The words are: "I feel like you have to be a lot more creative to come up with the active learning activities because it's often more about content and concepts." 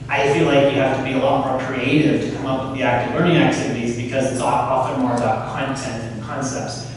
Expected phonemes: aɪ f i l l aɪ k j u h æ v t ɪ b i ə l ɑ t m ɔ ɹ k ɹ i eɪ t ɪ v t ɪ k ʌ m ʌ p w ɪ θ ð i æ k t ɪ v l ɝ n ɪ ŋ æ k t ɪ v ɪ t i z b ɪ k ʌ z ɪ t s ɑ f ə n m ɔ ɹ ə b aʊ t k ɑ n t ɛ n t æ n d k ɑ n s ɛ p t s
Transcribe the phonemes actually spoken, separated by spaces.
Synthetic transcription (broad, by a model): aɪ f i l l aɪ k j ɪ h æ f t ɪ b i ə l ɑ t m ɔ ɹ k ɹ i eɪ t ɪ v t ɪ k ʌ m ʌ p w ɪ ð i æ k t ɪ v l ɝ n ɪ ŋ æ k t ɪ v ɪ t i z b ɪ k ʌ z ɪ t s ɑ f ə n m ɔ ɹ ə b aʊ t k ɑ n t ɛ n t n k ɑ n s ɛ p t s